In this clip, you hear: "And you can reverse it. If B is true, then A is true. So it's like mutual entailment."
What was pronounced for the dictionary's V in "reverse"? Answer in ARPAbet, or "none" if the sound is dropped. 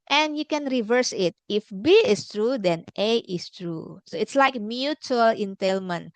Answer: V